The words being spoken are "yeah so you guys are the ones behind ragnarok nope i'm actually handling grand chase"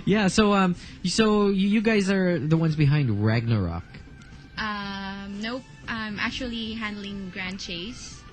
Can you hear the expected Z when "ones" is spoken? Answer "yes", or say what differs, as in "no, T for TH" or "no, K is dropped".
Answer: yes